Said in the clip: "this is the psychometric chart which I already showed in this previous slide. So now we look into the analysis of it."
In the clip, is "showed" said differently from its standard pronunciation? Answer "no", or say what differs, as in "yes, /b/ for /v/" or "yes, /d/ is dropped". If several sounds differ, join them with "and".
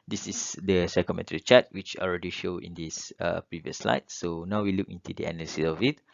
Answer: no